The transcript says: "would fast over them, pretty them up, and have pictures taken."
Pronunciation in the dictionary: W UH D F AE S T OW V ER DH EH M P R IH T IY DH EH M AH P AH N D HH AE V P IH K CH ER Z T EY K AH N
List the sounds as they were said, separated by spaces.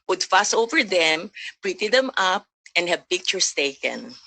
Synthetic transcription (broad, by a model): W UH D F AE S OW V ER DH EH M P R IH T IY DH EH M AH P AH N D HH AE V P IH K CH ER S T EY K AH N